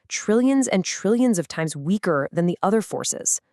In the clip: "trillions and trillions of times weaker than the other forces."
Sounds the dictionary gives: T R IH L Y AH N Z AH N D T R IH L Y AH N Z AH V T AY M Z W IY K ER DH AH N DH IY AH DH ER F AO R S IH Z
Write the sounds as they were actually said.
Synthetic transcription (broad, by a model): T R IH L Y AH N Z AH N T R IH L Y AH N Z AH V T AY M Z W IY K ER DH AH N DH IY AH DH ER F AO R S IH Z